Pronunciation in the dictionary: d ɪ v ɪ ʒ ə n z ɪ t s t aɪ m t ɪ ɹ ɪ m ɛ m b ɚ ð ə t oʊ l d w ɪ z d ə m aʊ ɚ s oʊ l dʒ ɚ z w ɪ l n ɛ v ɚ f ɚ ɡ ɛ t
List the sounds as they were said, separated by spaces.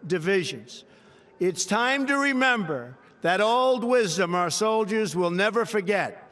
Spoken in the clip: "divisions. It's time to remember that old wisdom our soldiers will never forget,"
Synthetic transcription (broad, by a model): d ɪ v ɪ ʒ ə n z ɪ t s t aɪ m t ɪ ɹ ɪ m ɛ m b ɚ ð ə t oʊ l d w ɪ z d ə m aʊ ɚ s oʊ l dʒ ɚ z w ɪ l n ɛ v ɚ f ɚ ɡ ɛ t